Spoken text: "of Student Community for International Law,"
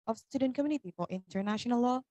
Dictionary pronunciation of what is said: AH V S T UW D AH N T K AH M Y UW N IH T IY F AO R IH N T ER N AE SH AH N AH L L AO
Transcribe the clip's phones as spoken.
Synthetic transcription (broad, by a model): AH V S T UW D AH N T K AH M Y UW N IH T IY F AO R IH N T ER N AE SH AH N AH L L AO